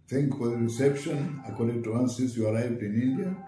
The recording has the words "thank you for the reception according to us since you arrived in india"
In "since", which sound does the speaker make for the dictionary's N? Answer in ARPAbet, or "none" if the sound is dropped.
none